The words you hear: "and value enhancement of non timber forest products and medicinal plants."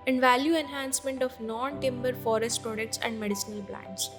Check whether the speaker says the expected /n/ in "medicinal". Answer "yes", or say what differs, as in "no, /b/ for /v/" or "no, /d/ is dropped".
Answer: no, /n/ is dropped